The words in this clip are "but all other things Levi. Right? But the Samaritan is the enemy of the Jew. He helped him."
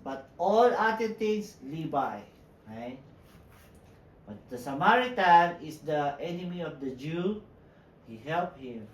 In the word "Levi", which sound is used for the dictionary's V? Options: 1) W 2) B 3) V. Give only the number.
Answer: 2